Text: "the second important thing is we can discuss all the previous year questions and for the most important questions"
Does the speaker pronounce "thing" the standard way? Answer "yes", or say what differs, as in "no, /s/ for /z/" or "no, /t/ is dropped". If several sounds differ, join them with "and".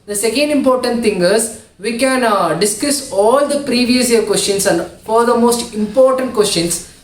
no, /t/ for /θ/